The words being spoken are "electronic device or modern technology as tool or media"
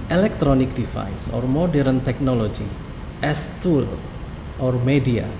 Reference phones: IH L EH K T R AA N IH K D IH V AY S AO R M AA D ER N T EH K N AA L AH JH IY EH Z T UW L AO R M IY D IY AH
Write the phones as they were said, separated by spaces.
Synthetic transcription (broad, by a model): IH L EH K T R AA N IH K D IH F AY S AO R M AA D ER N T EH K N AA L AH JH IY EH S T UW L AO R M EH D IY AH